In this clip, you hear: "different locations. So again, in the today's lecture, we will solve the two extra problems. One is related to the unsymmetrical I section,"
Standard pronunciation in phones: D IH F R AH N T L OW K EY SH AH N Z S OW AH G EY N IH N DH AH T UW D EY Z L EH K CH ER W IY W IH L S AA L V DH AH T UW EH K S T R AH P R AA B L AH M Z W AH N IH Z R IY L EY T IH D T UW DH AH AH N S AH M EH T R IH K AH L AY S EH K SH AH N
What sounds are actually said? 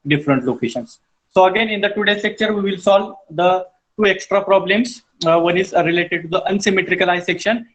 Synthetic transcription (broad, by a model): D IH F R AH N T L OW K EY SH AH N S OW AH G EY N IH N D AH T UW D EY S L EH K CH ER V IY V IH L S AA L V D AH T UW EH K S T R AH P R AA B L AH M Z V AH N IH Z R IY L EY T IH D T UW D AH AH N S AH M EH T R IH K AH L AY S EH K SH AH N